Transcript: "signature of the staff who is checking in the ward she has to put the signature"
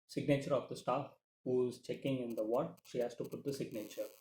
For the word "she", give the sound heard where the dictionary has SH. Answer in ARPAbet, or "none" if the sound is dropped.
SH